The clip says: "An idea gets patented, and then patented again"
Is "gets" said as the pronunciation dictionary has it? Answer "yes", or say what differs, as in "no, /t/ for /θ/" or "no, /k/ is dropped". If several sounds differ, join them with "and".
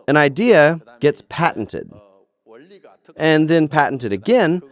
yes